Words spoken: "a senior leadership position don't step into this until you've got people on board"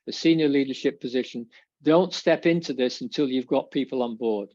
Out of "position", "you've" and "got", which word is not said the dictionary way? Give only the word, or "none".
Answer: none